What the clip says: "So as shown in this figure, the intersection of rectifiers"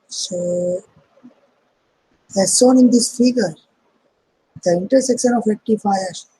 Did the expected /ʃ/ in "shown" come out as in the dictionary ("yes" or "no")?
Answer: no